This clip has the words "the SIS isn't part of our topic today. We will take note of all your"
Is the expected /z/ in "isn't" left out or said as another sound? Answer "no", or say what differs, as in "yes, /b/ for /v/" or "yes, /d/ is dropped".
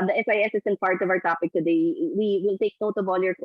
yes, /s/ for /z/